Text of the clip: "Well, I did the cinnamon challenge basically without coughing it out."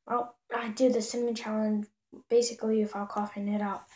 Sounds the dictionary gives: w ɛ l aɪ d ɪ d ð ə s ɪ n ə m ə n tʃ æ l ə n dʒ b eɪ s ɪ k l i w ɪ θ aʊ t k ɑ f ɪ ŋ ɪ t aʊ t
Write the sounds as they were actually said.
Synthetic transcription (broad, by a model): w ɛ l aɪ d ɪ ð ə s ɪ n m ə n tʃ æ l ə n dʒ b eɪ s ɪ k l i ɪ f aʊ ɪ k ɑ f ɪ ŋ ɪ t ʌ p